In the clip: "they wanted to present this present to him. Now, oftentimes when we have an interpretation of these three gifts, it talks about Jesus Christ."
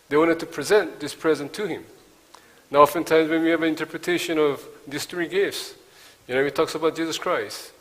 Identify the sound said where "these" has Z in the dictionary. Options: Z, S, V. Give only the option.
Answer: S